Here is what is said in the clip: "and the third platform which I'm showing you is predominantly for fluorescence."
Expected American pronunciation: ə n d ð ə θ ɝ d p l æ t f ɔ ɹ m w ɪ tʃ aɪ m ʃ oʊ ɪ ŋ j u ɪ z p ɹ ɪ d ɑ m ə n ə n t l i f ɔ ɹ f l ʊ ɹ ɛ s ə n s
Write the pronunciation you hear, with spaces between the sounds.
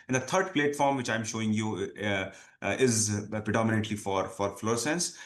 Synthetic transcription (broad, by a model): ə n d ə t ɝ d p l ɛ t f ɔ ɹ m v ɪ tʃ aɪ m ʃ oʊ ɪ ŋ j u ɪ z p ɹ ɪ d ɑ m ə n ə n t l i f ɔ ɹ f l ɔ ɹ s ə n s